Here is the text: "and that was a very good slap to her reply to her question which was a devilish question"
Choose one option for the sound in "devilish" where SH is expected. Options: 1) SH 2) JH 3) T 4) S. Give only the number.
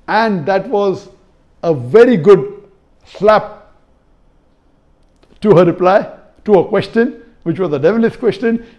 4